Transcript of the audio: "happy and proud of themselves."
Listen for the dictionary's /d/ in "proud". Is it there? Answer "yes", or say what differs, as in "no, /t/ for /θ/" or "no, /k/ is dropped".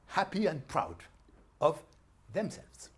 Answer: yes